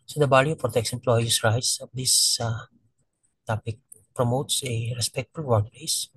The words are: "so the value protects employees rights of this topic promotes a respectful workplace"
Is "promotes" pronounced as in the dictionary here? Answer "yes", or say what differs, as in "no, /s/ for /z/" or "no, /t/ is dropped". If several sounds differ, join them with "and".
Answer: yes